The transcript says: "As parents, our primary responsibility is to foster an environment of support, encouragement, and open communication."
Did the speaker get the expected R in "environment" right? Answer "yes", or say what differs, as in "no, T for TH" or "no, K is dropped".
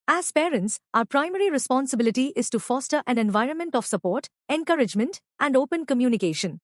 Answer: yes